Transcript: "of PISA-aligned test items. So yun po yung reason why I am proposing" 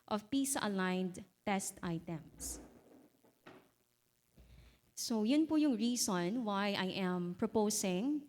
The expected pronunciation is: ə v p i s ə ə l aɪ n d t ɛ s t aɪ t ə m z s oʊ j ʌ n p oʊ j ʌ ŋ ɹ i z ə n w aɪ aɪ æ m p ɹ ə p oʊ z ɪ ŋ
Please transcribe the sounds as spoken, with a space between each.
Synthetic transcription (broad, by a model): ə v p i s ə ə l aɪ n d t ɛ s t aɪ t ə m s s oʊ j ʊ n p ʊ j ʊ ŋ ɹ i s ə n w aɪ aɪ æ m p ɹ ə p oʊ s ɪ ŋ